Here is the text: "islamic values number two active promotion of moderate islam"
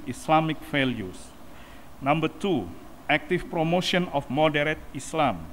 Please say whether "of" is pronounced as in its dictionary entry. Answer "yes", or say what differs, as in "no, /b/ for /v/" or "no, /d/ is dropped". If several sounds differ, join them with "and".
no, /f/ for /v/